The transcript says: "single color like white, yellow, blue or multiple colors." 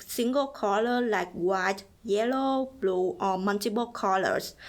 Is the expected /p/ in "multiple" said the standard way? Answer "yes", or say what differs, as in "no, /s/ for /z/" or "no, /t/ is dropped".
no, /b/ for /p/